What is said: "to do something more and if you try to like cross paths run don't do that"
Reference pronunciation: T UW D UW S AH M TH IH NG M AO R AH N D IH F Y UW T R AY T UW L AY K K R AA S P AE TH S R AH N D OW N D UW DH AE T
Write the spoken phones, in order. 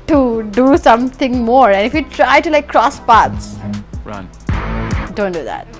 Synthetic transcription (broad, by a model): T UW D UW S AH M T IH NG M AO R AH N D IH F Y UW T R AY T UW L AY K K R AA S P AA T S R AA D OW N D UW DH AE T